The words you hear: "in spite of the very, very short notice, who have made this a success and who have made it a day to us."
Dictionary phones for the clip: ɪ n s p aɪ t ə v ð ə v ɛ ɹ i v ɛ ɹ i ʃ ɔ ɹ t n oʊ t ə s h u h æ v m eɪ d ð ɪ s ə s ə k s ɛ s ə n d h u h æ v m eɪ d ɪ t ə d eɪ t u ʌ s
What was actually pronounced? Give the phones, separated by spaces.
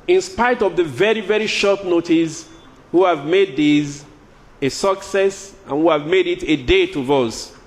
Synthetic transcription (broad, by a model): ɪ n s p aɪ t ə v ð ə v ɛ ɹ i v ɛ ɹ i ʃ ɔ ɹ t n oʊ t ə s h u h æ v m eɪ d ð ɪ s ə s ə k s ɛ s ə n h u h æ v m eɪ d ɪ t ə d eɪ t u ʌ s